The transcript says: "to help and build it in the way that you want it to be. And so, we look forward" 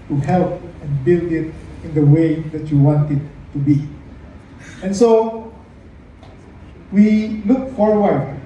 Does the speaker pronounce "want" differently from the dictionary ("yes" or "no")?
no